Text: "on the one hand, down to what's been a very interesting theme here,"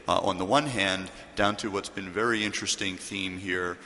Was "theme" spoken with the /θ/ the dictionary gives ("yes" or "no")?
yes